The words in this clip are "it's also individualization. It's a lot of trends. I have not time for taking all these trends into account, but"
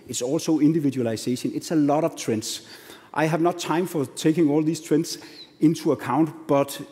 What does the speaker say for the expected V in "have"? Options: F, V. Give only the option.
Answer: V